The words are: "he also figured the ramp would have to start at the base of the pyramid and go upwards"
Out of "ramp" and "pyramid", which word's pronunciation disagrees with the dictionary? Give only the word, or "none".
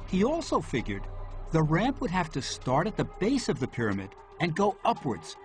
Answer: none